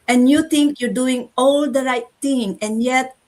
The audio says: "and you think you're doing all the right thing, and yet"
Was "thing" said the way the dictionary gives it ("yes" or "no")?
no